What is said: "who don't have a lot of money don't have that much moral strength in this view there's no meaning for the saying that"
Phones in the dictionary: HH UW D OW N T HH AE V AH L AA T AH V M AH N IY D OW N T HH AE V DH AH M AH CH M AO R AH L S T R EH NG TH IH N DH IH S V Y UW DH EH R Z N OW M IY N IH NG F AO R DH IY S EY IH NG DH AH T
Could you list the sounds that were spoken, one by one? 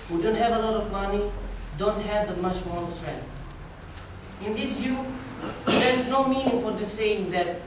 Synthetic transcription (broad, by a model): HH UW D OW N T HH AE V AH L AA T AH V M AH N IY D OW N T HH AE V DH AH M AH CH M AO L S T R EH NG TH IH N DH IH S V Y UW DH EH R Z N OW M IY N IH NG F AO R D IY S EY IH NG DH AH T